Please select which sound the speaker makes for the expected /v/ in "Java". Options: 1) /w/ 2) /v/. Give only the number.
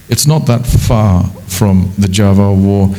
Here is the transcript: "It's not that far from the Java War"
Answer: 2